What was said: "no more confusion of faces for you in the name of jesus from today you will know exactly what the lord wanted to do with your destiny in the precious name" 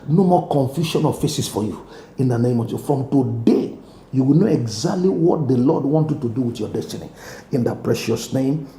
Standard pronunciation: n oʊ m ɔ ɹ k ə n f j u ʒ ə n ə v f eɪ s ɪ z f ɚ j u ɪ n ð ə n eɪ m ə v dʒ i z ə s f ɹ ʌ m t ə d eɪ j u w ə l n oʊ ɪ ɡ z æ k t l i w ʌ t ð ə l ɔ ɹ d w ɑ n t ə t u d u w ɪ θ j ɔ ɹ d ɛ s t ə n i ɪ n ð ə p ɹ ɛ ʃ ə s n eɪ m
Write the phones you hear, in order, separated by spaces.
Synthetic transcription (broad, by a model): n oʊ m ɔ k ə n f j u ʃ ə n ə f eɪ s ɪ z f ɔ j u ɪ n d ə n eɪ m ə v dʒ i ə f ɹ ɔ m t ə d eɪ j u w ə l n oʊ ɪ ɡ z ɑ k t l i w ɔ t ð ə l ɔ d w ɑ n t ə t u d u w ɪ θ j ɔ d ɛ s t ə n i ɪ n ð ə p ɹ ɛ ʃ ə s n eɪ m